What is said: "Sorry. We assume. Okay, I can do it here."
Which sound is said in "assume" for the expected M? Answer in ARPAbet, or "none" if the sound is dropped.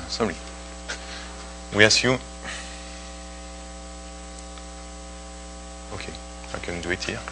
none